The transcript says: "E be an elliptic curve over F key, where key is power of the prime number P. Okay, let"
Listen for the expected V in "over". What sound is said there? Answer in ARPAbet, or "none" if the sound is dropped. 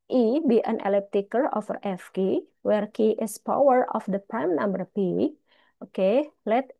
F